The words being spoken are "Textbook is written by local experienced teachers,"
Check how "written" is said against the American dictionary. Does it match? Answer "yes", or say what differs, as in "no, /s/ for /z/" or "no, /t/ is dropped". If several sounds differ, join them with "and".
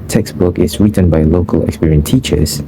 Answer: yes